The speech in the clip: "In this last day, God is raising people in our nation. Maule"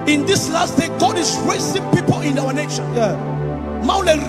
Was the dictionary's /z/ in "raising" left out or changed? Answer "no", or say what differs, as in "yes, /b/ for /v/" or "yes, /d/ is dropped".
yes, /s/ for /z/